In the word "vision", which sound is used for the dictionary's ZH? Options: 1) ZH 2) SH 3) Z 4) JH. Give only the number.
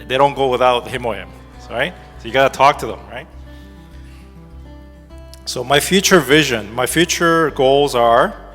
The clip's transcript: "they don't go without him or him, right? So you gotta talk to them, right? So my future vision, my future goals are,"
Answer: 1